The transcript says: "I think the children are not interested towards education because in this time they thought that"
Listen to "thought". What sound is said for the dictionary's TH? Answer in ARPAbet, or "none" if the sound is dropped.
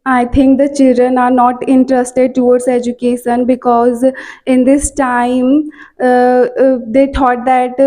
T